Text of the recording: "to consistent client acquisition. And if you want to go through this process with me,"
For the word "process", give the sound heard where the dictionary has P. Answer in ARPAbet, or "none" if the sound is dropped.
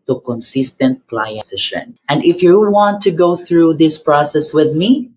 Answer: P